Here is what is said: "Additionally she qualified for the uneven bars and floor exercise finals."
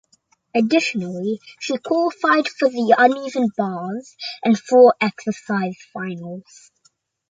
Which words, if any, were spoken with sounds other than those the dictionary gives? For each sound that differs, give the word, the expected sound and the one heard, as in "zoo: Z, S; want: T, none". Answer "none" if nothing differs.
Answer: floor: L, none